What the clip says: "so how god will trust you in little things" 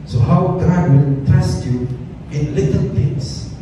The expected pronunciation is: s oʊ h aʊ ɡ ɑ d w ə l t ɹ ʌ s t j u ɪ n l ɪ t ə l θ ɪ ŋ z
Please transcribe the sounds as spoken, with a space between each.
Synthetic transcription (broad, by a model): s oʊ h aʊ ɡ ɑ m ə n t ɛ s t j u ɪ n l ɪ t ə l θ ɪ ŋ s